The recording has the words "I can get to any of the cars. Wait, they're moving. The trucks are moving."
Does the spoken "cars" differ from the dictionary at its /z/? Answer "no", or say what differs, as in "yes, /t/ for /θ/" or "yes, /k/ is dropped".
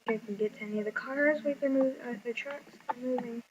no